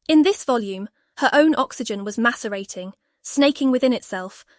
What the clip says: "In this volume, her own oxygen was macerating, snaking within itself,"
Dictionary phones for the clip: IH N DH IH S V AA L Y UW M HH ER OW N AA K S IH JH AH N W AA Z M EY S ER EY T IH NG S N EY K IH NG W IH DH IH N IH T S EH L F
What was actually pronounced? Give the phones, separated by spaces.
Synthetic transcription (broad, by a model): IH N DH IH S V AA L Y UW M HH ER OW N AA K S IH JH AH N W AA Z M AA S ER EY T IH NG S N EY K IH NG W IH DH IH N IH T S EH L F